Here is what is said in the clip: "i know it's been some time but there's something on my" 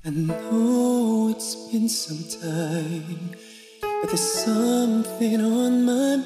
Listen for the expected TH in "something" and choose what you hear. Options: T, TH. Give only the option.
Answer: TH